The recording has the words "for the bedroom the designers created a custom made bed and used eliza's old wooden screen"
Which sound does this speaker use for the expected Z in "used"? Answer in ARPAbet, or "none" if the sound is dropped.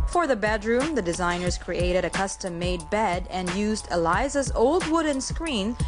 Z